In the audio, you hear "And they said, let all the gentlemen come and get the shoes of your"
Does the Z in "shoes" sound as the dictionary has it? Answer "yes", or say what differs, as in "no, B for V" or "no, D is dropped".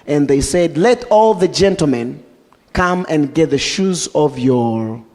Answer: yes